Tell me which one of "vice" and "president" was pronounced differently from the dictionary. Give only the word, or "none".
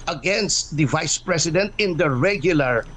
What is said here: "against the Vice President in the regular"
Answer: president